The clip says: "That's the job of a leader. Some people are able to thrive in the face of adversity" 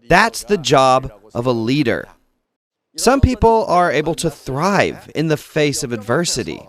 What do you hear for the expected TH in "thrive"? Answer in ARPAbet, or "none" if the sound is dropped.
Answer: TH